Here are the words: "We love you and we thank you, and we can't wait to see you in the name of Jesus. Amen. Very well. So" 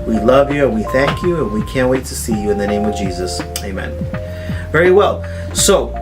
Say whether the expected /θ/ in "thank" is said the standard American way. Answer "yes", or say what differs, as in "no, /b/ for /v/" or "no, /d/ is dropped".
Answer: yes